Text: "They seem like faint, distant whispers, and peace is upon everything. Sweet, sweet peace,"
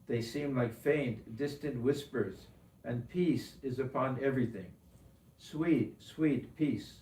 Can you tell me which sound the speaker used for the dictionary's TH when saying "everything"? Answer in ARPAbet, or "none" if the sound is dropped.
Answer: TH